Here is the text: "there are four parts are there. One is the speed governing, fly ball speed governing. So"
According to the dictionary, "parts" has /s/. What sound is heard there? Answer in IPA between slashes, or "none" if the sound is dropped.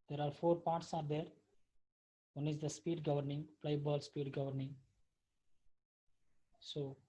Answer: /s/